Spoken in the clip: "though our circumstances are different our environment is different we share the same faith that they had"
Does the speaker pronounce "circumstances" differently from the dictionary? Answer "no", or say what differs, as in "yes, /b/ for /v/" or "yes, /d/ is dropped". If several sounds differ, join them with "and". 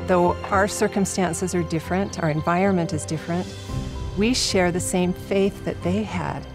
no